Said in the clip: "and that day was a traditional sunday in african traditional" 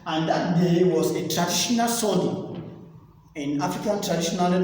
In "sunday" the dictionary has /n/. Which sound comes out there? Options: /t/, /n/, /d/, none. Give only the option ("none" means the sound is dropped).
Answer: none